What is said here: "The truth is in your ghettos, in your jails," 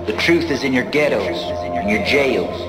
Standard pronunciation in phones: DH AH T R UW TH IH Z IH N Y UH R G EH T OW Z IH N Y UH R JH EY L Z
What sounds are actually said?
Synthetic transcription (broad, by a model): DH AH T R UW TH IH Z IH N Y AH R G EH T OW IH N Y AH R JH EY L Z